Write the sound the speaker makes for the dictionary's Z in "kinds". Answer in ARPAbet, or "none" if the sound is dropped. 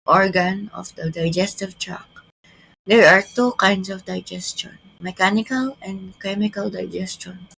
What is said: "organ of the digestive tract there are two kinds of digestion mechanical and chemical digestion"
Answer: S